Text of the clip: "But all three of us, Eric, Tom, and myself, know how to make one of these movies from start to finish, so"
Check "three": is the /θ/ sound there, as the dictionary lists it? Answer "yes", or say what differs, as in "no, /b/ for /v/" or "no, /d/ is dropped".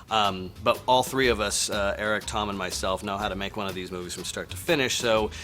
yes